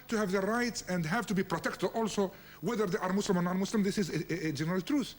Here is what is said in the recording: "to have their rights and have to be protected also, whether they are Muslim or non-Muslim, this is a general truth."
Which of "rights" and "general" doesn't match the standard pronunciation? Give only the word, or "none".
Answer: none